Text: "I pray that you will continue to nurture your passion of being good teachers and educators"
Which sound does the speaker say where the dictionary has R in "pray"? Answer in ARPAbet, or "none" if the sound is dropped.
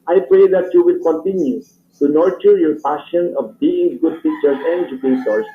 R